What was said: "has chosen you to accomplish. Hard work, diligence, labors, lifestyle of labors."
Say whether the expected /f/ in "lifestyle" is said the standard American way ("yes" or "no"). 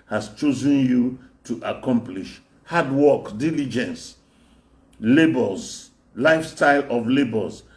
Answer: yes